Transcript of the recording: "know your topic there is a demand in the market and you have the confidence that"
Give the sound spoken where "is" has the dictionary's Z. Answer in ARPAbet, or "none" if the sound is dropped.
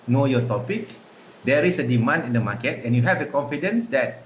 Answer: S